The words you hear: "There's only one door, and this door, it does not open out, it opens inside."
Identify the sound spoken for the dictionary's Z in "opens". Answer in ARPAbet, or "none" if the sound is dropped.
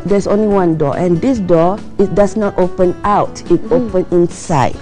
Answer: none